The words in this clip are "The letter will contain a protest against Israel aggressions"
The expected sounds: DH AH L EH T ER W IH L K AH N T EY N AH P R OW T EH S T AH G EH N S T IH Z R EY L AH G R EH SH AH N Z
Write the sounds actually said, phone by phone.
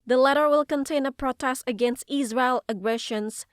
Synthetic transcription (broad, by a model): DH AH L EH T ER W IH L K AH N T EY N AH P R OW T EH S T AH G EH N S T IH Z R EY L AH G R EH SH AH N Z